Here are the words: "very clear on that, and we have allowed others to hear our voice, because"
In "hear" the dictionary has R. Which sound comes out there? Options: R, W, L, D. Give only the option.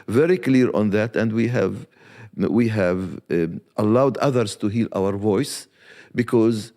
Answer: L